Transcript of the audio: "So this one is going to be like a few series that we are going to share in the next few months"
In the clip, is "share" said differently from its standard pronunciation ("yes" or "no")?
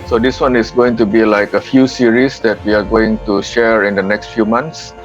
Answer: no